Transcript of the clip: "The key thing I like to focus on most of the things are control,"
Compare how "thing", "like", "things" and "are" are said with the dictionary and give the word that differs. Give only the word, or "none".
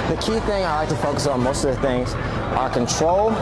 none